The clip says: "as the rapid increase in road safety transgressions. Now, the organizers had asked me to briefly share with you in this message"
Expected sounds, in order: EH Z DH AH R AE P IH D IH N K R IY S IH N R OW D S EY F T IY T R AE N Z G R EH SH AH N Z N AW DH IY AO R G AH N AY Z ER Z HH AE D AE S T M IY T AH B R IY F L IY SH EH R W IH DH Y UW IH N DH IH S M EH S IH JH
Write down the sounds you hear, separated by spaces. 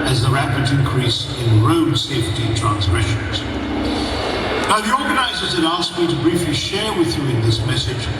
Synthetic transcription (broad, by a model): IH Z DH AH R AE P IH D IH N K R IY S IH N R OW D S EY F T IY T R AE N Z G R EH SH AH N Z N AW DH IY AO R G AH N AY Z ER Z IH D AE S M IY T AH B R IY F L IY SH EH R W IH DH Y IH IH N DH IH S M EH S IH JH